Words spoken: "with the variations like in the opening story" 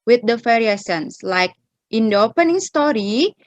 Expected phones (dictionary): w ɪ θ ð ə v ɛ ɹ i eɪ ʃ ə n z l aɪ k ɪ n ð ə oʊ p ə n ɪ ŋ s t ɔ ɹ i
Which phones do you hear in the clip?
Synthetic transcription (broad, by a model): w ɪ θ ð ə f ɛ ɹ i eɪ s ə n s l aɪ k ɪ n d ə oʊ p ə n ɪ ŋ s t ɔ ɹ i